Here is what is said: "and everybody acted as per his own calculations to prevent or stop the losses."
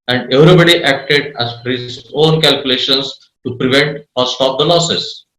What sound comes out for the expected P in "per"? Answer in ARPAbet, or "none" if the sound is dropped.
F